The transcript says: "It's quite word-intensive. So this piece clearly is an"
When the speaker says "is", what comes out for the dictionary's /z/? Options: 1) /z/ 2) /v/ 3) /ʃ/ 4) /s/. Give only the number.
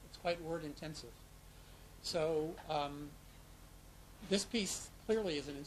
1